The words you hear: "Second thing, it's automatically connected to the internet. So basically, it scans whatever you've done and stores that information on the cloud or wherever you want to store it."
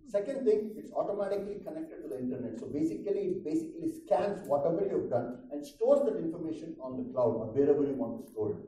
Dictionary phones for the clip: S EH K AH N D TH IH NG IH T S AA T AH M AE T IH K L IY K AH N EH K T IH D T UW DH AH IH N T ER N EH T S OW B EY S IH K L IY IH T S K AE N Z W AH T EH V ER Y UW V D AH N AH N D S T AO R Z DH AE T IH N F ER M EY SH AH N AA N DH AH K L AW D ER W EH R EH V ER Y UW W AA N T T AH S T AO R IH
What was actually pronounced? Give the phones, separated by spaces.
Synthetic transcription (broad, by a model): S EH K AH N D T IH NG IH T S AA T AH M AE T IH K L IY K AH N EH K T IH D T UW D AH IH N T ER N EH T S OW B EY S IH K L IY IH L S K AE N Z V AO T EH V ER Y UW V D AH N AH N D S T AO R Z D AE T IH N F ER M EY SH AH N AA N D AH K L AW D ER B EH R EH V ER Y UW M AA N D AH S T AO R